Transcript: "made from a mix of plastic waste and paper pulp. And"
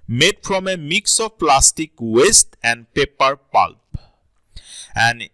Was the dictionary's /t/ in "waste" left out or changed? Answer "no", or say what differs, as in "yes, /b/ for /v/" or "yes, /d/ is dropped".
no